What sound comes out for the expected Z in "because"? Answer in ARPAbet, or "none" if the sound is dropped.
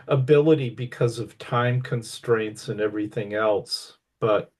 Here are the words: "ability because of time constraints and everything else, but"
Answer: Z